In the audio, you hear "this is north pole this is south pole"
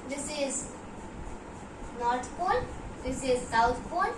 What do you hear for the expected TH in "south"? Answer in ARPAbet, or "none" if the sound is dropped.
T